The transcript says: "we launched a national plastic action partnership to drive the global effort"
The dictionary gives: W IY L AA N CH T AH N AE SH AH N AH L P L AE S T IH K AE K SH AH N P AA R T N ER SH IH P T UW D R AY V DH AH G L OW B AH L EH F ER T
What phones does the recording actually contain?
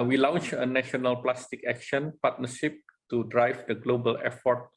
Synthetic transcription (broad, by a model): W IY L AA N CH AH N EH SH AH N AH L P L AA S T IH K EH K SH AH N P AA T N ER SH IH P T UW D R AY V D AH G L OW B AH L EH F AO T